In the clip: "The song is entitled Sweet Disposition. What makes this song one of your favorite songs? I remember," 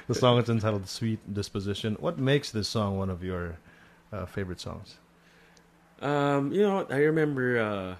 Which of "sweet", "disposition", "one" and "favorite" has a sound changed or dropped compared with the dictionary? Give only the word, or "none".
none